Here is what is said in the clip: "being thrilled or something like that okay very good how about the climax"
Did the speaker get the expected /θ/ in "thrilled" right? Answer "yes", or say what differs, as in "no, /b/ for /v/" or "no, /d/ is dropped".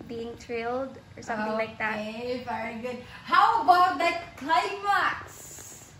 no, /t/ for /θ/